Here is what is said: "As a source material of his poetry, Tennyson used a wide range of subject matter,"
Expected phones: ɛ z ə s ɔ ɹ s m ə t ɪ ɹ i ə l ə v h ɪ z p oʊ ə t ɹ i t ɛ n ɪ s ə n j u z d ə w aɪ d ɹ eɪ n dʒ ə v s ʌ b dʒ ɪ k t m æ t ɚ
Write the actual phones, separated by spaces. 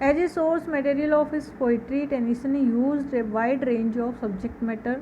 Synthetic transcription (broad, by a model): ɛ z ə s ɔ ɹ s m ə t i ɹ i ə l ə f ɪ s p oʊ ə t ɹ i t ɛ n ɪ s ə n j u z d ə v aɪ d ɹ eɪ n dʒ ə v s ʌ b dʒ ɪ k t m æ t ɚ